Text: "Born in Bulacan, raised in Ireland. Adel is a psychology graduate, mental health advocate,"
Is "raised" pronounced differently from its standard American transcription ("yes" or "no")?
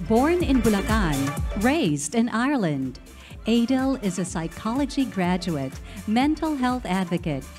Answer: no